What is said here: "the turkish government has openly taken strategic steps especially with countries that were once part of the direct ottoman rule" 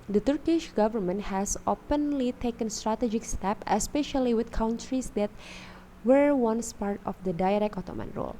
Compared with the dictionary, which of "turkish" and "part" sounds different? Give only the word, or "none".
none